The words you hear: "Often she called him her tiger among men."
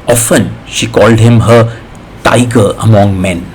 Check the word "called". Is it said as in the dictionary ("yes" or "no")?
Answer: yes